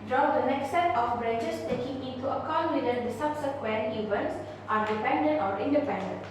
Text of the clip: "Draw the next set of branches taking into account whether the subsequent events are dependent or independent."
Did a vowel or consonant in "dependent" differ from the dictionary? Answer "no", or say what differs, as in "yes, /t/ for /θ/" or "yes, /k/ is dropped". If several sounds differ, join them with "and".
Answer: no